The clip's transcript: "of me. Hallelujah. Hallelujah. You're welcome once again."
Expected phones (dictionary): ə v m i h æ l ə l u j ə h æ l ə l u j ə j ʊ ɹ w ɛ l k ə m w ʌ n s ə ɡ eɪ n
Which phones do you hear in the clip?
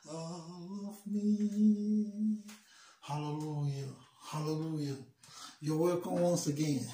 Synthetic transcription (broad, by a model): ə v m i h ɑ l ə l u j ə h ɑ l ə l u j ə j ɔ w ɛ k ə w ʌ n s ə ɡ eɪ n